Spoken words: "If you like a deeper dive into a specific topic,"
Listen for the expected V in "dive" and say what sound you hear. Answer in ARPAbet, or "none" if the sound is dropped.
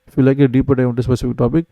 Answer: none